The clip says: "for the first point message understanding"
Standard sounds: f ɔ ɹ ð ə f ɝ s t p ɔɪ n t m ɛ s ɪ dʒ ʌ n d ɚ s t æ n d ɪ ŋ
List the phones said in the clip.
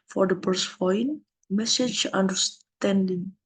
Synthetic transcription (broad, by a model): f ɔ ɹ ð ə p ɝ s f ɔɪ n m ɛ s ɪ dʒ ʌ n d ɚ s t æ n d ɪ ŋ